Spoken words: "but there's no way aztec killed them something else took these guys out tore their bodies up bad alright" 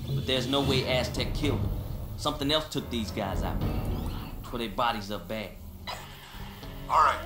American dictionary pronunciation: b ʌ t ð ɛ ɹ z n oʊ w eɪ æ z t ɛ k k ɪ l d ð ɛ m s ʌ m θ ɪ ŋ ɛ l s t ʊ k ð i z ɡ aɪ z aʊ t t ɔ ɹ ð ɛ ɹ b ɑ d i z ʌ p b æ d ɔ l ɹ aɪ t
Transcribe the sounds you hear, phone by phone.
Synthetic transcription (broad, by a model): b ʌ t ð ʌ ɹ z n oʊ w eɪ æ s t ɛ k k ɪ l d s ʌ m θ ɪ ŋ ɛ l s t ʊ k ð i z ɡ aɪ z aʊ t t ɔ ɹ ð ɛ b ɑ d i z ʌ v b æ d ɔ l ɹ aɪ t